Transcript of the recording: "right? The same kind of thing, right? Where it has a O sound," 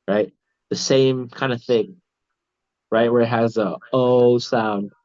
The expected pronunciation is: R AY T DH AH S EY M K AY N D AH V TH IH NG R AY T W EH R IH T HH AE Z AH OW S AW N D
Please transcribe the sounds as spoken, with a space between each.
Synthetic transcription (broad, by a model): R AY T DH AH S EY M K AY N D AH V TH IH NG R AY T W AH R IH T HH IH Z AH OW S AW N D